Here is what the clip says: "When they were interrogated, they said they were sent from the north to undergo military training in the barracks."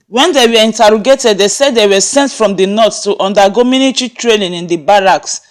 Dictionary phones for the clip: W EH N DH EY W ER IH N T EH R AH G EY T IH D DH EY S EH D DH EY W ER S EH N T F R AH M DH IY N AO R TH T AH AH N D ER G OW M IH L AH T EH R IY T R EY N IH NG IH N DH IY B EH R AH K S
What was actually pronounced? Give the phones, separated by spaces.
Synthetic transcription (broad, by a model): W EH N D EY W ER IH N T EH R AH G EY T IH D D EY S EH D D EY W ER S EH N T F R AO M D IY N AO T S T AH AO N D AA G OW M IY N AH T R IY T R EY L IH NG IH N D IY B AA R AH K S